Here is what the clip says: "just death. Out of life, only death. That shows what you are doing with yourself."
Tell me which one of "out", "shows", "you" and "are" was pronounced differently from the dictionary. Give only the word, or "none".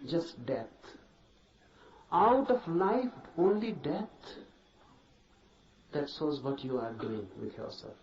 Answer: shows